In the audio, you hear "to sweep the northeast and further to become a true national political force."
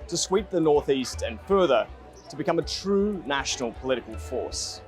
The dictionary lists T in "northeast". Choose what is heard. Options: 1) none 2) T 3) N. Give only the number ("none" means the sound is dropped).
2